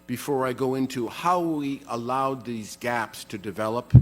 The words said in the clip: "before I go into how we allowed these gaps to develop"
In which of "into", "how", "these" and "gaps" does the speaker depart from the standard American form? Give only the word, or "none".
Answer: none